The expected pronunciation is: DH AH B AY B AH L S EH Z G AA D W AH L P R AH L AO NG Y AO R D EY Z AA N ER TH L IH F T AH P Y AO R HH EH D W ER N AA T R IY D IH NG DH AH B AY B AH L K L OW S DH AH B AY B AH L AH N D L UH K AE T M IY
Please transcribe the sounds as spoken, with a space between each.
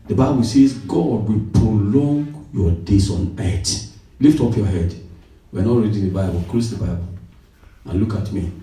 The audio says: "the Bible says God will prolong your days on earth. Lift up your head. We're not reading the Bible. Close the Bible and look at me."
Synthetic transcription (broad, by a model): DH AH B AY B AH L S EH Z G AA D W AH P R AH L AO NG Y AO D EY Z AA N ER T L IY F T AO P Y AO HH EH D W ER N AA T R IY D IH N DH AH B AY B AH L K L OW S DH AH B AY B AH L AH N L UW K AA T M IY